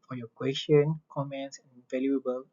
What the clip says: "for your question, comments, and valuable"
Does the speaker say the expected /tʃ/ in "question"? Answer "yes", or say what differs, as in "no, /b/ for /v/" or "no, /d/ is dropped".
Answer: no, /ʃ/ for /tʃ/